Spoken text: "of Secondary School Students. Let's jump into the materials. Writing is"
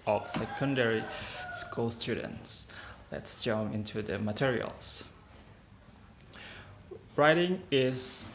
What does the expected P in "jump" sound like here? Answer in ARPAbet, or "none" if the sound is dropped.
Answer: none